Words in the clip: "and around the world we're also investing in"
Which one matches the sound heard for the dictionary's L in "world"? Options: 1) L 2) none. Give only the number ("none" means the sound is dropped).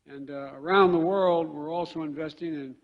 1